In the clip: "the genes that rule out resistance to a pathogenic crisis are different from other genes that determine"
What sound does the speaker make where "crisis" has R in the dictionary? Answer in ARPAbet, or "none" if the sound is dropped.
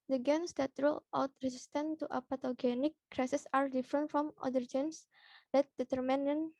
R